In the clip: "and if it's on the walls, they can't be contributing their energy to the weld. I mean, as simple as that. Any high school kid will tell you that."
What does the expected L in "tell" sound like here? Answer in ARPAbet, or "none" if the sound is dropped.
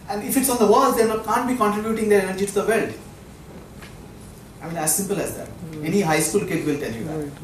N